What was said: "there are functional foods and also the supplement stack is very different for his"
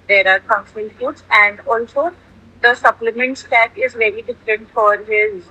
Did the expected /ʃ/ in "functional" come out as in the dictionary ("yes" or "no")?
no